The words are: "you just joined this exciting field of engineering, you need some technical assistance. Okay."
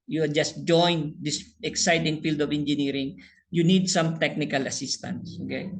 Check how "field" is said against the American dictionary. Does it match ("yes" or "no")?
yes